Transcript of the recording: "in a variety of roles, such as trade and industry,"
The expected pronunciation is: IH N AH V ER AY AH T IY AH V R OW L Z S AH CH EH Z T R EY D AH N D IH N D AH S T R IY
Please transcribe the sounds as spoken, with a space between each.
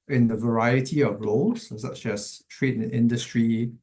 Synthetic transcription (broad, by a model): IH N AH V ER AY AH T IY AH V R OW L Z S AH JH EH S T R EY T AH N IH N D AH S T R IY